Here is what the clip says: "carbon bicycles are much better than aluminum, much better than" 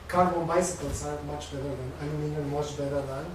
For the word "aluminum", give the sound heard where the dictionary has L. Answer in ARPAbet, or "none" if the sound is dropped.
N